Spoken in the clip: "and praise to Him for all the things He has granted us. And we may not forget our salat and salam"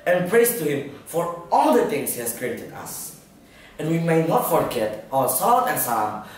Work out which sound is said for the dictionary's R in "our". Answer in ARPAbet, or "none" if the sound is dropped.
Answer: L